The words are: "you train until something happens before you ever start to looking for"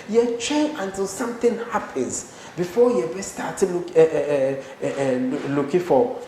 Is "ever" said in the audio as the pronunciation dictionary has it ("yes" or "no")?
no